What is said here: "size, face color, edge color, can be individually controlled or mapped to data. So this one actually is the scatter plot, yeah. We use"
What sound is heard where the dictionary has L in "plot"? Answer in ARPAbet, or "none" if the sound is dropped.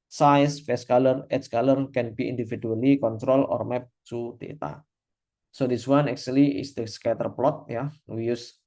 L